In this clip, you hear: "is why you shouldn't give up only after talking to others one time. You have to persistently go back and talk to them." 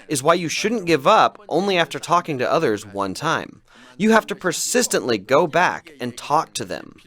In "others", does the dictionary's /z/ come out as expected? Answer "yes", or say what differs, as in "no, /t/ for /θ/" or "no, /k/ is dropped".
yes